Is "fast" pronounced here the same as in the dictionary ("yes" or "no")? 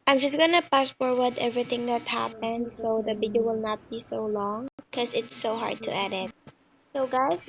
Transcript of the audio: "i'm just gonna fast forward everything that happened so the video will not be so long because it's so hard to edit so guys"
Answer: no